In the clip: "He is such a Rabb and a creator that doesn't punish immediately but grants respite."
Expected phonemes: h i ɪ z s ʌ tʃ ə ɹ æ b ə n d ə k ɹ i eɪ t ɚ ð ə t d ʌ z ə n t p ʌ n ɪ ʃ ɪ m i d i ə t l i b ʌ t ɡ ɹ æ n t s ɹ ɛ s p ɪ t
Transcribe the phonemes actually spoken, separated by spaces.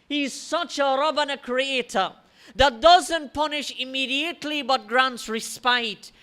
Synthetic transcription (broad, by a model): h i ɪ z s ʌ tʃ ə ɹ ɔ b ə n ə k ɹ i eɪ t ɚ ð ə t d ʌ z ə n t p ʌ n ɪ ʃ ɪ m i d i ə t l i b ʌ t ɡ ɹ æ n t s ɹ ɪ s p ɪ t